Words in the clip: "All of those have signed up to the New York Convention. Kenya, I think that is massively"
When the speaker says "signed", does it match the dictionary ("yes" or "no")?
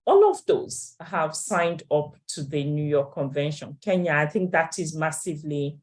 yes